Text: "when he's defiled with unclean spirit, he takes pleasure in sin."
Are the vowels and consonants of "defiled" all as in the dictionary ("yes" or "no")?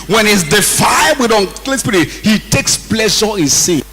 no